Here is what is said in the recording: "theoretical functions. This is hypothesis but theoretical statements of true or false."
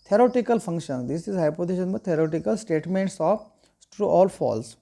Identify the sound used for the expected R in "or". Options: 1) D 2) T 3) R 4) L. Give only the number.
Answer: 4